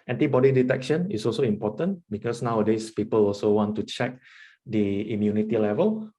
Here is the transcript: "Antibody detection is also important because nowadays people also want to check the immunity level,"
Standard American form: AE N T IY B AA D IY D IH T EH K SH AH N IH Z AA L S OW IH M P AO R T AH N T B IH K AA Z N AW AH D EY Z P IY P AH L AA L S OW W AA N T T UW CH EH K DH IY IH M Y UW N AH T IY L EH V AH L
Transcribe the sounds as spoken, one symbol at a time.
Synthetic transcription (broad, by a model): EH N T IY B AA D IY D IH T EH K SH AH N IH S AA L S OW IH M P AO T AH N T B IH K AA S N AW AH D EY S P IY P AH L AA L S OW W AA N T T UW CH EH K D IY IH M Y UW N AH T IY L EH V AH L